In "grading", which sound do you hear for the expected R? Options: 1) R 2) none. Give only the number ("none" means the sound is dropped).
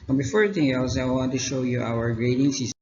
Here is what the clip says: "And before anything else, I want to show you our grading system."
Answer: 1